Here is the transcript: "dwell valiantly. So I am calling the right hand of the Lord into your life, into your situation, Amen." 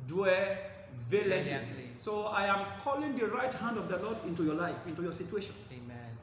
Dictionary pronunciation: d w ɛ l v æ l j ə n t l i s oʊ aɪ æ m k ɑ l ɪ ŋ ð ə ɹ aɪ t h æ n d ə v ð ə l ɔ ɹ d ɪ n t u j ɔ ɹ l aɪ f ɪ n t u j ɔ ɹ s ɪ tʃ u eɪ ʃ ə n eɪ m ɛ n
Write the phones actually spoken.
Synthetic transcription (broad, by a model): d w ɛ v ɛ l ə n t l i s oʊ aɪ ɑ m k ɑ l ɪ ŋ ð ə ɹ aɪ t h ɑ n d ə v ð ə l ɔ d ɪ n t u j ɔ l aɪ f ɪ n t u j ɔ s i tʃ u eɪ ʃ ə n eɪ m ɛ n